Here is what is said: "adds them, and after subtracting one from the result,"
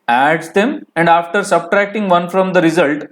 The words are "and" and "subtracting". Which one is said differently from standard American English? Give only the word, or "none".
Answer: none